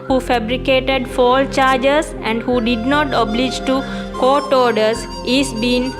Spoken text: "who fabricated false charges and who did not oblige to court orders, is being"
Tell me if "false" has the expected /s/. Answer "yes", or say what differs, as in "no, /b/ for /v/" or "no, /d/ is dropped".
no, /s/ is dropped